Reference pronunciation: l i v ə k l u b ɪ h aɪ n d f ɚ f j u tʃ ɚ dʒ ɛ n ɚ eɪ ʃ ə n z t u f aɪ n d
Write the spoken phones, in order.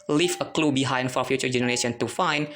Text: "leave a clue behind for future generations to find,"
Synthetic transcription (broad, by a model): l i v ə k l u b ɪ h aɪ n d f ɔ f j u tʃ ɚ dʒ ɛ n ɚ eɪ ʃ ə n t u f aɪ n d